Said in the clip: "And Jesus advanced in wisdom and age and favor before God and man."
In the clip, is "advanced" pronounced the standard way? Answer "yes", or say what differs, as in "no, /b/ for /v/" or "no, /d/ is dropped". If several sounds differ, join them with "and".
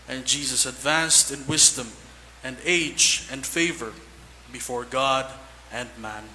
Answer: yes